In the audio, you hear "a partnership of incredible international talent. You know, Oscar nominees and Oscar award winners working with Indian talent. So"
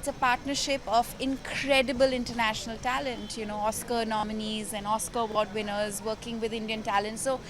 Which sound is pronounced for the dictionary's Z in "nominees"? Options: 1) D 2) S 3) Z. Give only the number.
3